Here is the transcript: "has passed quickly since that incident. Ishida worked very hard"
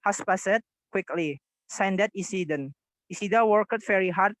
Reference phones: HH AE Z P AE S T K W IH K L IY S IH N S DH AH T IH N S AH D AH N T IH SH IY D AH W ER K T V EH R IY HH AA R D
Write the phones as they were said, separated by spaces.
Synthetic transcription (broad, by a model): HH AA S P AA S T K W IH K L IY S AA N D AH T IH S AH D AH N IH S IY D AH W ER K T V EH R IY HH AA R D